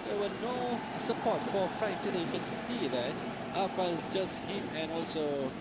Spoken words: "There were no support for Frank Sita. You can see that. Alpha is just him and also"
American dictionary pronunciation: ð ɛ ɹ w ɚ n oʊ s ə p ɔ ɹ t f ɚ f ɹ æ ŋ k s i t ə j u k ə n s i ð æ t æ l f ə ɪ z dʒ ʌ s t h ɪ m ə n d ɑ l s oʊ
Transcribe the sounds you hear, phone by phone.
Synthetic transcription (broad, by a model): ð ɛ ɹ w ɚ n oʊ s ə p ɔ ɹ t f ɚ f ɹ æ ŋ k s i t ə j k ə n s i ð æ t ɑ f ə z dʒ ʌ s t h ɪ m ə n ɑ l s oʊ